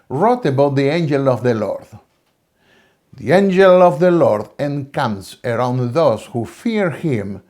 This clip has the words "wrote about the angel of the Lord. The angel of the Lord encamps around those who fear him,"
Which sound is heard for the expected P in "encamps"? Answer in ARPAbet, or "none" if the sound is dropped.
none